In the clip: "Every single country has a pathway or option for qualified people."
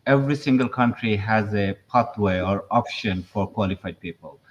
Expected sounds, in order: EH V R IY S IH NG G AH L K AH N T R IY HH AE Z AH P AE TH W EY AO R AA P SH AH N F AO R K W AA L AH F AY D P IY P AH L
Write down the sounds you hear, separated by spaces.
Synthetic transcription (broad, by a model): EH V R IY S IH NG G AH L K AH N T R IY HH AE Z AH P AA T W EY AO R AA P SH AH N F AO R K W AA L AH F AY D P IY P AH L